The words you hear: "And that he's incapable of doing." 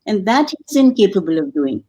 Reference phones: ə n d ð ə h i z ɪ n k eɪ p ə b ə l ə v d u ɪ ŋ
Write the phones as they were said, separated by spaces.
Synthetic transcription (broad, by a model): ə n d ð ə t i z ɪ n k eɪ p ə b ə l ə v d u ɪ ŋ